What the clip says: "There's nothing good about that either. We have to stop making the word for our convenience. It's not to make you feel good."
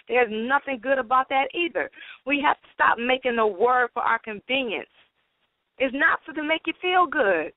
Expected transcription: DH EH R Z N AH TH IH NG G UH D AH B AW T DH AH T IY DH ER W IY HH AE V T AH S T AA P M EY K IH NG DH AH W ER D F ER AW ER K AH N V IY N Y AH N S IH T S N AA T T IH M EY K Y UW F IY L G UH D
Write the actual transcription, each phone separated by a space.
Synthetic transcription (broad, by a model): DH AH R Z N AH TH IH NG G UH D AH B AW T DH AH T IY DH ER W IY HH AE F T AH S T AA P M EY K IH NG DH AH W ER D F ER AW ER K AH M V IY N Y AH N S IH T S N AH T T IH M EY K Y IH F IY L G UH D